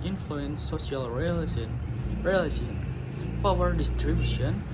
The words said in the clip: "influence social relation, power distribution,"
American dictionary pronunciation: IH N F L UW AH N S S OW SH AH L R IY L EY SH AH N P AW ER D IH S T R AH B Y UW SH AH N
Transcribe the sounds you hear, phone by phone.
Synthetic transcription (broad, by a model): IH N F L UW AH N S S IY AH L R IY L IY S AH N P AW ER D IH S T R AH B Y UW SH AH N